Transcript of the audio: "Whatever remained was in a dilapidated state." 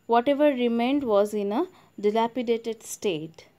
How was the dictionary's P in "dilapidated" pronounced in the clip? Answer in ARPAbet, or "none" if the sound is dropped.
P